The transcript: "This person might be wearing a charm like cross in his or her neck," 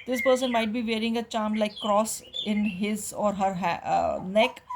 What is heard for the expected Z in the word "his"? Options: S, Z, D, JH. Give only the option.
Z